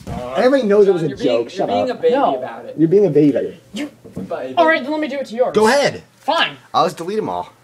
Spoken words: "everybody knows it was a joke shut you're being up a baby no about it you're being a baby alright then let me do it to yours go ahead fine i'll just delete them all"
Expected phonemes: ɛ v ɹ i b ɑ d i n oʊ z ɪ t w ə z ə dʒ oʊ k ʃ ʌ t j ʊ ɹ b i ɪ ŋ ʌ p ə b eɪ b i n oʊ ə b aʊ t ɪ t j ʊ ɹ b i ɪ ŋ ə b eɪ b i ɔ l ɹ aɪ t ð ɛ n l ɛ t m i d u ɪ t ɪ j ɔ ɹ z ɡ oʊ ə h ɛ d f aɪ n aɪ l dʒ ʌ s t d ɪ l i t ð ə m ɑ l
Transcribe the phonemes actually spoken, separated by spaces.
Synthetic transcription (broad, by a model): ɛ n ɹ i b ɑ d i n oʊ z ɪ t w ə z ə dʒ oʊ k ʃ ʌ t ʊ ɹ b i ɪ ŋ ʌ ə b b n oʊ ə b aʊ t ɪ t j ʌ ɹ b i ɪ ŋ ə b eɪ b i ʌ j ɹ aɪ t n l ɛ t m i d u ɪ t ɪ j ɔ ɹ ɡ oʊ ə h ɛ d f aɪ n aɪ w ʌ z d ɪ l i t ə m ɑ l